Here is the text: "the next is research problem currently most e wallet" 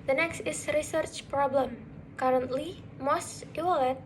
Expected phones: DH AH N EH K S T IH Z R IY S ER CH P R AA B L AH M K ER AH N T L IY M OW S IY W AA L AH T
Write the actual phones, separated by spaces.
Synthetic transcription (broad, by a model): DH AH N EH K S T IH S R IY S ER CH P R AA B L AH M K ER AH N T L IY M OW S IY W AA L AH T